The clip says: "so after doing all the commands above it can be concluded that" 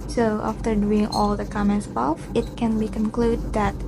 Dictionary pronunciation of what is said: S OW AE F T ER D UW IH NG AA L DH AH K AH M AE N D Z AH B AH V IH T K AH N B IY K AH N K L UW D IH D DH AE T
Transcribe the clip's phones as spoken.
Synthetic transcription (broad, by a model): S OW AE F T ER D UW IH NG AA L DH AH K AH M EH N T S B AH F IH T K AH N B IY K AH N K L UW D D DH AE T